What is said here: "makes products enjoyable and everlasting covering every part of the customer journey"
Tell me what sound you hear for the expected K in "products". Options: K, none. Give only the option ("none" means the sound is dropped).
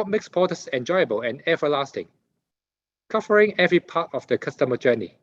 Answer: none